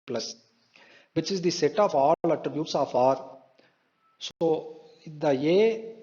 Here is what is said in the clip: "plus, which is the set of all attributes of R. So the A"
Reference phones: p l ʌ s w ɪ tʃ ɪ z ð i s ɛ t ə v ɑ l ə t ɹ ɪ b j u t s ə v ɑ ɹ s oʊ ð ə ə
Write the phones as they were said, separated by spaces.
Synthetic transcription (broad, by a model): p l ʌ s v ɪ tʃ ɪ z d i s ɛ t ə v ɑ l ə t ɹ ɪ b j u t s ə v ɑ ɹ s oʊ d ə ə